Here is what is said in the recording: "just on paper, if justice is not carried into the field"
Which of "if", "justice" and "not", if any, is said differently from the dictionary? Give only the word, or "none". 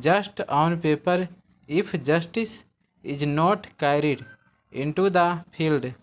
if